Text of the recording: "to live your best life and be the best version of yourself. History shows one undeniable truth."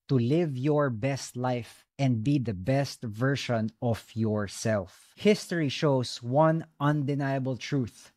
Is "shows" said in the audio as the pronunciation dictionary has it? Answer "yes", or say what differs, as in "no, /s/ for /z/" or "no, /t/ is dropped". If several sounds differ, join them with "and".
no, /s/ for /z/